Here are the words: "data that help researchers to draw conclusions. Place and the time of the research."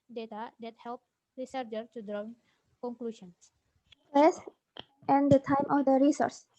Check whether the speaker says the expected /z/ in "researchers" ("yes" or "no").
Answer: no